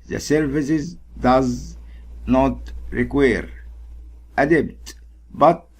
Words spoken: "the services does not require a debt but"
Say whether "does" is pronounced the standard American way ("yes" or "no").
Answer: yes